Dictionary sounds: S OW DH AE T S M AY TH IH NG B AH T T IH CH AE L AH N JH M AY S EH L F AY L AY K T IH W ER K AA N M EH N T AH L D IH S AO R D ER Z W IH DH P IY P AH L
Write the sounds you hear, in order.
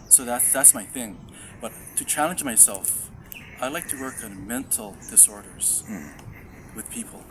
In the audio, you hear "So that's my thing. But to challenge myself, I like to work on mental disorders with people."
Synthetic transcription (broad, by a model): S OW DH AE T S M AY TH IH NG B AH T T IH CH AE L AH N JH M AY S EH L F AY L AY K T IH W ER K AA N M EH N T L D IH S AO R D ER Z W IH DH P IY P L